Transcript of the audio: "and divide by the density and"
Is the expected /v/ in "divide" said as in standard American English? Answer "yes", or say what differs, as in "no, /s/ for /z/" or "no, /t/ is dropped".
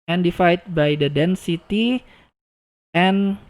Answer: no, /f/ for /v/